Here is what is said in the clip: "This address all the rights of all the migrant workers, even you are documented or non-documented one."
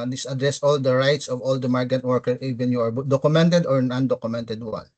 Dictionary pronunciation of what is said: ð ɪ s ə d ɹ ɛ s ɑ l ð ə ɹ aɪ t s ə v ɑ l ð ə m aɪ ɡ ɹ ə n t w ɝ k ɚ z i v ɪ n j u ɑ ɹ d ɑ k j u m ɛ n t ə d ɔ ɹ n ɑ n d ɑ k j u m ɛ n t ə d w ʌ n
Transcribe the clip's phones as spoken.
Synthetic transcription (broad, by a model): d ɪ s ə d ɹ ɛ s ɑ l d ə ɹ aɪ t s ə v ɑ l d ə m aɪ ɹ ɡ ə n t w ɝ k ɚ i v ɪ n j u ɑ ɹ d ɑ k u m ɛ n t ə d ɔ ɹ n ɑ n d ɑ k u m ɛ n t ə d w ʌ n